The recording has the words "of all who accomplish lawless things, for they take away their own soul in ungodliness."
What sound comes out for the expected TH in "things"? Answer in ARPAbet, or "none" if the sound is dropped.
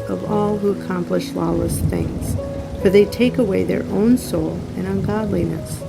TH